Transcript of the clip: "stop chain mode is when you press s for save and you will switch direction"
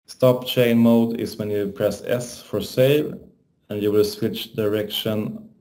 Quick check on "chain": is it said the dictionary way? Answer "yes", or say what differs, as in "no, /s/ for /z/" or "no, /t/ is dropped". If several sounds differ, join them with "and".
yes